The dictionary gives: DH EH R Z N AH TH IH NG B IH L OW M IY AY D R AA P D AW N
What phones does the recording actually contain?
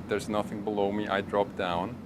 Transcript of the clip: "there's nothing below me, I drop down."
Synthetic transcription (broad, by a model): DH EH R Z N AH TH IH NG B IH L OW M IY AY D R AA P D AW N